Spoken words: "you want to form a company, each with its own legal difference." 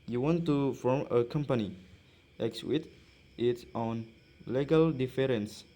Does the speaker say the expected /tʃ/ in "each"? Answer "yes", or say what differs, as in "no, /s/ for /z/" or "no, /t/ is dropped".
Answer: no, /s/ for /tʃ/